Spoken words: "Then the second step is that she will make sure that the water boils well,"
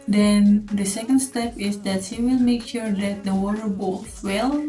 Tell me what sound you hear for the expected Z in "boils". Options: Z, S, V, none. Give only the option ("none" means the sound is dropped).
none